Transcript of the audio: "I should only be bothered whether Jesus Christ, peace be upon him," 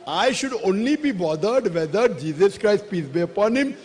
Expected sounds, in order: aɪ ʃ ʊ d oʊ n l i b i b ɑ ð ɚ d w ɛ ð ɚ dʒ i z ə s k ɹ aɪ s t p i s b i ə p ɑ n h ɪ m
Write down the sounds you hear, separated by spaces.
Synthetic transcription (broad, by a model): aɪ ʃ ʊ d oʊ n l i b i b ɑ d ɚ d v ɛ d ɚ dʒ i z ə s k ɹ aɪ s t p i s b i ə p ɑ n h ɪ m